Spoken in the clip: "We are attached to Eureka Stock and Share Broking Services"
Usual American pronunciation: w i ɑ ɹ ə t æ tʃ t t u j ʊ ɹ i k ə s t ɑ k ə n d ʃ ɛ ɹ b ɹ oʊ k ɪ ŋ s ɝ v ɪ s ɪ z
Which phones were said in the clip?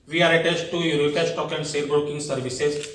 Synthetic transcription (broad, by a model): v i ɑ ɹ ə t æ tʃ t t u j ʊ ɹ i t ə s t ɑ k ə n d s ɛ l b ɹ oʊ k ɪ ŋ s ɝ v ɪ s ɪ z